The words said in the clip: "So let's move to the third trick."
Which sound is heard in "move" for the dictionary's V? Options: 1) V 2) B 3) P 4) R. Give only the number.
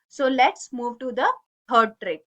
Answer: 1